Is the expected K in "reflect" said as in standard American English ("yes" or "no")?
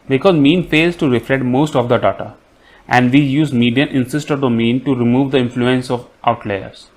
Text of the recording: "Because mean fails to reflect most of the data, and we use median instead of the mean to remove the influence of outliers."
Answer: no